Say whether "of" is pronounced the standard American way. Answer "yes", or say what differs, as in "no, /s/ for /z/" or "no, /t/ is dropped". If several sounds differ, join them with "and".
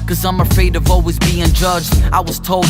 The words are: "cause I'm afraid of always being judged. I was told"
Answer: yes